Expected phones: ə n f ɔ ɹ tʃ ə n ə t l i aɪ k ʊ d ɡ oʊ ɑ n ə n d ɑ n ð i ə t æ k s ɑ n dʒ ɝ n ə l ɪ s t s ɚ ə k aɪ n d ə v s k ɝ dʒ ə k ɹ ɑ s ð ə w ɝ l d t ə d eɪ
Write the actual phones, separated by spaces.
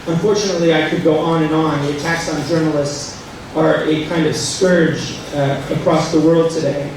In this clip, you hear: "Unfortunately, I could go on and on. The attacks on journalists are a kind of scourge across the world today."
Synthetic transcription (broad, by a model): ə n f ɔ ɹ tʃ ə n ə t l i aɪ k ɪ d ɡ oʊ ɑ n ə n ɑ n ð i ə t æ k s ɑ n dʒ ɝ n l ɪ s t s ɚ ə k aɪ n d ə v s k ɝ dʒ ə k ɹ ɑ s ð ə w ɝ l d t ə d eɪ